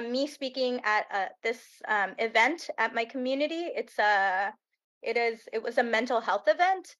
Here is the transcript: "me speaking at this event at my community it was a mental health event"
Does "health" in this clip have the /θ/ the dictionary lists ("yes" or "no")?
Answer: yes